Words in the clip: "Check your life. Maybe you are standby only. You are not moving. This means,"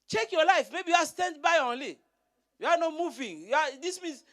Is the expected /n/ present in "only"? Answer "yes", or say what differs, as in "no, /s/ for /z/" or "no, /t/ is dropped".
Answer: yes